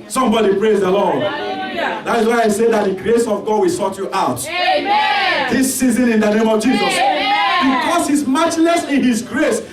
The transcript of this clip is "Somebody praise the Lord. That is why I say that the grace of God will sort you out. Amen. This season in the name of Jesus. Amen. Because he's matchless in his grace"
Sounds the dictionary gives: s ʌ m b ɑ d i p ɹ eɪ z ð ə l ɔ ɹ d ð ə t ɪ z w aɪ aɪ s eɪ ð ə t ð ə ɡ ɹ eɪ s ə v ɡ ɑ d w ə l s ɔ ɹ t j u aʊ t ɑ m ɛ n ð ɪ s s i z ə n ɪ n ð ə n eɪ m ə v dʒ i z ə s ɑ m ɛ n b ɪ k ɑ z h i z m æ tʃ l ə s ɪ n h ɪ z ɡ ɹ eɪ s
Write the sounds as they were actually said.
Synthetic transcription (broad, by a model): s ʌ m b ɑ d i p ɹ eɪ z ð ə l ɔ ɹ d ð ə t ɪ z w aɪ aɪ s eɪ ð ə t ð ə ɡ ɹ eɪ s ə v ɡ ɑ d w ə l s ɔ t j u t ɑ ʊ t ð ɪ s s i z ə n ɪ n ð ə n eɪ m ə v dʒ i z ə s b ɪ k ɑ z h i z m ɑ tʃ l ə s ɪ n h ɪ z ɡ ɹ eɪ s